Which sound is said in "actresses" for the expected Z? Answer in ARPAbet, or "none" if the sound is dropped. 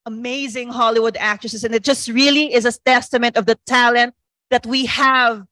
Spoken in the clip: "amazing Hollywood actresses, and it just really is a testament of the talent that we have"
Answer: S